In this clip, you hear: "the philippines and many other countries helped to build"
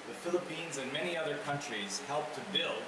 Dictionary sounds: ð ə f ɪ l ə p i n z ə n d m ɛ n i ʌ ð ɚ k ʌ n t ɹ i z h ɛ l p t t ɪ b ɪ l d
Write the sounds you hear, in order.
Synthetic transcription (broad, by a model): ð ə f ɪ l ə p i n z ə n m ɛ n i ʌ ð ɚ k ʌ n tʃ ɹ i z h ɛ l p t t ɪ b ɪ l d